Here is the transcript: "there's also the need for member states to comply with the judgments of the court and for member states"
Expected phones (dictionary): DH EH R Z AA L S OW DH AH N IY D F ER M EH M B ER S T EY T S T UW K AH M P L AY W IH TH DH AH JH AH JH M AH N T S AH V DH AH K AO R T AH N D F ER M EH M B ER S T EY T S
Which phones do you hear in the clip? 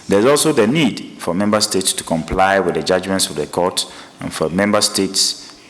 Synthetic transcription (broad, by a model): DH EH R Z AA L S OW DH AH N IY D F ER M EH M B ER S T EY T S T UW K AH M P L AY W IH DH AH JH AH JH M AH N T S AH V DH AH K AO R T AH N F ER M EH M B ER S T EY T S